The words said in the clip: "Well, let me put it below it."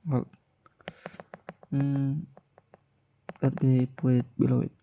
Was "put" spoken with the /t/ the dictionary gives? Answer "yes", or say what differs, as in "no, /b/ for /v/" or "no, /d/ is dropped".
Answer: no, /t/ is dropped